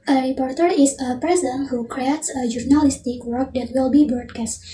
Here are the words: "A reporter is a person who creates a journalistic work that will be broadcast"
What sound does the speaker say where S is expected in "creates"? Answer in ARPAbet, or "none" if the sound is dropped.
S